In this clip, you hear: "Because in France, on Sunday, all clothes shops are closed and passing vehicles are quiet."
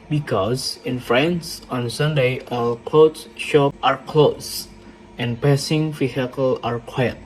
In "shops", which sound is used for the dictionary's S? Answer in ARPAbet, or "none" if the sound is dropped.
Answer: none